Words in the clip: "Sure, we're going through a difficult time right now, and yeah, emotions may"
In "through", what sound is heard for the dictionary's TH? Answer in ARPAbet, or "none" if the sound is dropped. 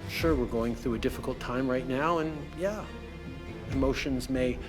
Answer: TH